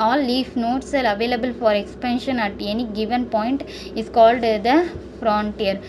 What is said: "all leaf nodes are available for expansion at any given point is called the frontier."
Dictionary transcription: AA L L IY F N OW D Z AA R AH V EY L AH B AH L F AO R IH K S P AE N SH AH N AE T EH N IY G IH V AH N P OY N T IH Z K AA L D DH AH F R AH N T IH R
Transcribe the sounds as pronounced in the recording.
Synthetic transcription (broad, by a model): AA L L IY F N OW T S AA R AH V EY L AH B AH L F AO R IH K S P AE N SH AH N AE T EH N IY G IH V AH N P OY N T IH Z K AA L D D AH F R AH N T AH R